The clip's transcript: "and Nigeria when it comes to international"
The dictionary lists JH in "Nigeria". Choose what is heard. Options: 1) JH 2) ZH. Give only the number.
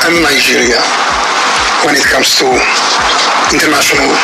2